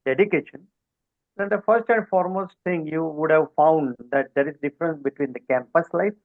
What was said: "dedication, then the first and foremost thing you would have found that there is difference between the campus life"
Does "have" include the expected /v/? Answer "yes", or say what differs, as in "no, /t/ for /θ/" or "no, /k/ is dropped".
yes